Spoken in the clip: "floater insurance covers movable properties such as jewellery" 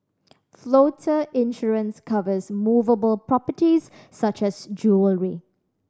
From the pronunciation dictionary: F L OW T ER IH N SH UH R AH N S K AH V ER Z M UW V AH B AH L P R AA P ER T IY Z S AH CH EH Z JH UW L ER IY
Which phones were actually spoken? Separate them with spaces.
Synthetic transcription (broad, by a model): F L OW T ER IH N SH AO R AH N S K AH V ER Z M UW V AH B AH L P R AA P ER T IY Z S AH CH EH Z JH UW L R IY